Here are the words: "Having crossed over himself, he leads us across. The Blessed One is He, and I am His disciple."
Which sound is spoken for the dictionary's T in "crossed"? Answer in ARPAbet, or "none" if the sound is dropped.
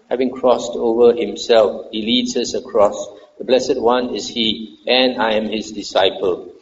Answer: T